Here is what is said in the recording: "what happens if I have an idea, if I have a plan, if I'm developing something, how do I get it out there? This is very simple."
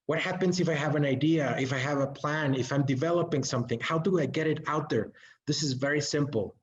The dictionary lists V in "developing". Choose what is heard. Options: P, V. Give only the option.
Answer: V